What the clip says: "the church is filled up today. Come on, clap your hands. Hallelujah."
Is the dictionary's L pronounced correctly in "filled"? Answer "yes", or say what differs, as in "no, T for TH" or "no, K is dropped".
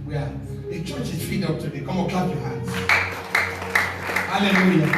no, L is dropped